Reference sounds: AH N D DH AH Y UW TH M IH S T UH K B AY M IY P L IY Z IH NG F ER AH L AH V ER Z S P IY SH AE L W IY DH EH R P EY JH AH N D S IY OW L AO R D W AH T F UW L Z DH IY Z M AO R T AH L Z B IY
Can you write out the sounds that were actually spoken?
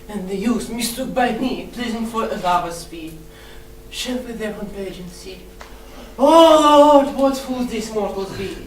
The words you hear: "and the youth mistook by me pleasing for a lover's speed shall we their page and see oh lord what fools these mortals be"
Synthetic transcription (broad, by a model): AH N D DH AH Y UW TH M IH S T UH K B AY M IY P L IY Z IH NG F ER AH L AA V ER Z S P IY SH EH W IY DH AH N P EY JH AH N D S IY OW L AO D W AH T F UW L Z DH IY S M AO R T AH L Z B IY